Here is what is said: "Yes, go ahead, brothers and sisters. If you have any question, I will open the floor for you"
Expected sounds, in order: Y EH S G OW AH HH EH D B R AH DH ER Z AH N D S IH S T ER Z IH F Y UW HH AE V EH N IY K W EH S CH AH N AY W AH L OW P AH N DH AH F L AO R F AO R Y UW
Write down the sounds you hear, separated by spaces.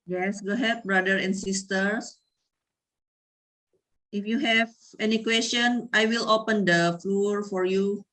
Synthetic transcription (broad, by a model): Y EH S G OW HH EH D B R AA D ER AH N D S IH S T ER S IH F Y UW HH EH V EH N IY K W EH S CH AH N AY W AH L OW P AH N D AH F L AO R F AO R Y UW